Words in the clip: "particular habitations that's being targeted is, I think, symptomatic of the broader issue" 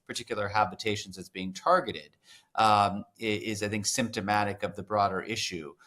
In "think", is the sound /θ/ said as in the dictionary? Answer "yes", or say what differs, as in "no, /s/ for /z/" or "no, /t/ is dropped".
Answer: yes